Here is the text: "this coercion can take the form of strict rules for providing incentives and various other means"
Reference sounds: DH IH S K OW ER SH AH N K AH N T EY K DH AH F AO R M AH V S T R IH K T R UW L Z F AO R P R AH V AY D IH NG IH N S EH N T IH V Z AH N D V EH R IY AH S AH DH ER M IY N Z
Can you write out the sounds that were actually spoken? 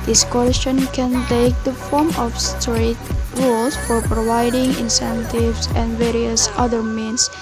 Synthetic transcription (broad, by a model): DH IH S K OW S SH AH N K AH N T EY K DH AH F AO R M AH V S T R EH T R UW L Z F AO R P R AH V AY D IH NG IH N S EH N T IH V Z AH N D V EH R IY AH S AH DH ER M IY N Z